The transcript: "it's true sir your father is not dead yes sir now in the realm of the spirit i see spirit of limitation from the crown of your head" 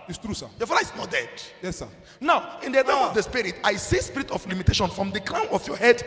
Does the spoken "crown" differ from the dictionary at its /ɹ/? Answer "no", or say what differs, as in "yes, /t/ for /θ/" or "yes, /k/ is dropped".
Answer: yes, /l/ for /ɹ/